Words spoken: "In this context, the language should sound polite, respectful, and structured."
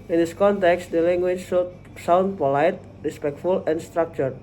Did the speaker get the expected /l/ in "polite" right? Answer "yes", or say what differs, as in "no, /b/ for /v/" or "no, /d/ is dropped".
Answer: yes